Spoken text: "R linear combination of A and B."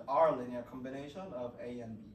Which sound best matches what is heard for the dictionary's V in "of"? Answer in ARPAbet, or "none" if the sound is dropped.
V